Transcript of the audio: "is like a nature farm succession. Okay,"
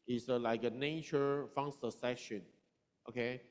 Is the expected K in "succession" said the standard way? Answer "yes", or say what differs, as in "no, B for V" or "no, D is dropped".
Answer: no, K is dropped